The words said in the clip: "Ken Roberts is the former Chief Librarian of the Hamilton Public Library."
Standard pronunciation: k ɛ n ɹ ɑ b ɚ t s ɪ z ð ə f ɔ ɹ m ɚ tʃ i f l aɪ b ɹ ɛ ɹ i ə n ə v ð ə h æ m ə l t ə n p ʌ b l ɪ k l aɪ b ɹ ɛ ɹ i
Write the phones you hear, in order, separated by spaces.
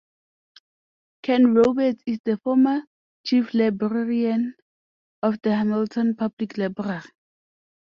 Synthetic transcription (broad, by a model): k ɛ n ɹ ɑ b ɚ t ɪ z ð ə f ɔ m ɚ tʃ i f l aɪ b ɹ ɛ ɹ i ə n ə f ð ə h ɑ m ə l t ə n p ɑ b l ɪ k l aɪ b ɹ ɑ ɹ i